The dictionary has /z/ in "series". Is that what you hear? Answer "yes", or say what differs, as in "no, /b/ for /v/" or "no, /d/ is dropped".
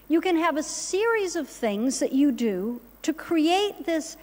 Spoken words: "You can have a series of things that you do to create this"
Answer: yes